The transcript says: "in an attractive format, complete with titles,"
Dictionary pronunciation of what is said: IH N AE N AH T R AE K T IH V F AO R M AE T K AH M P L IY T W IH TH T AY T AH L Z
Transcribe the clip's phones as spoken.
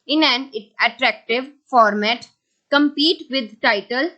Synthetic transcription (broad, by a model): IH N AE N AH T R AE K T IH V F AO R M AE T K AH M P IY T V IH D T AY T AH L